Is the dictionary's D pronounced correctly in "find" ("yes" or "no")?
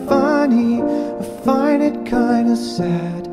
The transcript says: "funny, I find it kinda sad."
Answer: no